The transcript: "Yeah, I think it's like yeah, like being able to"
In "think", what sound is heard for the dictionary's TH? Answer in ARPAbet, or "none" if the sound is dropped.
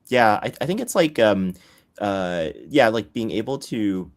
TH